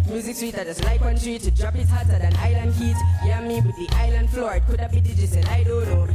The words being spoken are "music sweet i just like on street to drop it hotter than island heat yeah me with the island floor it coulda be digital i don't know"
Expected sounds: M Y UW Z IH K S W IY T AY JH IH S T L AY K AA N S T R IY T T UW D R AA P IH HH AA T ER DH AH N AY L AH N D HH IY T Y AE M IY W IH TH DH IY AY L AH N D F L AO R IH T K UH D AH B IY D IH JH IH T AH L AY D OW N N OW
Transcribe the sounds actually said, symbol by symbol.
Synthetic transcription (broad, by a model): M Y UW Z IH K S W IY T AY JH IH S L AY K AA N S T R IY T T UW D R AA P IH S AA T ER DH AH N AY L AH N D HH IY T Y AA M IY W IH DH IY AY L AH N D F L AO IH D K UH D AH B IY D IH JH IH S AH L AY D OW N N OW